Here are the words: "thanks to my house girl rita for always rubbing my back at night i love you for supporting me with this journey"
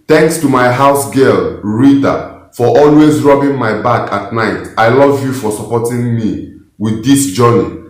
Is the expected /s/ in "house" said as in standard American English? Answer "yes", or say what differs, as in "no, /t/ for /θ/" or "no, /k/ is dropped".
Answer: yes